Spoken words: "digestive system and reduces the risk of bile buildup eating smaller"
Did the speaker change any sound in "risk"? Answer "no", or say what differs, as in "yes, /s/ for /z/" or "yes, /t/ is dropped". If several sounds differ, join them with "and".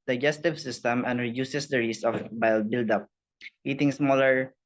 yes, /k/ is dropped